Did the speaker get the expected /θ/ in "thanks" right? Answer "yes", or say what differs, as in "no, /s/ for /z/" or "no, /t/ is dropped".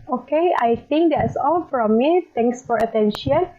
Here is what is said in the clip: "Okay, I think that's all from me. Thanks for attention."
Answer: no, /t/ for /θ/